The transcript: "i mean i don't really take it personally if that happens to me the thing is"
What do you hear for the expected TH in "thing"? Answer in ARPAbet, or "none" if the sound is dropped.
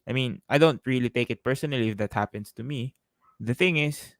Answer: TH